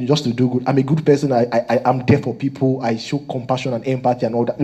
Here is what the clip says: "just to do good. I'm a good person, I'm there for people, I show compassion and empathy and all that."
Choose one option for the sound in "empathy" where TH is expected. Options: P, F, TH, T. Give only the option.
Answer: T